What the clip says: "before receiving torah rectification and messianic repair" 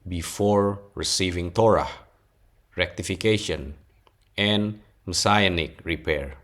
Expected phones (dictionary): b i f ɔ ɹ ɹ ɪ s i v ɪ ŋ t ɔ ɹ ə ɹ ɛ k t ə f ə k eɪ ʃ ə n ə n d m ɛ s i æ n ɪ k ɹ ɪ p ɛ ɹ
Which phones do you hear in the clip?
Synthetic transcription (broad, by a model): b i f ɔ ɹ ɹ ɪ s i v ɪ ŋ t ɔ ɹ ə ɹ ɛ k t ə f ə k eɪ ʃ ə n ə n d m s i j n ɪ k ɹ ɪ p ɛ ɹ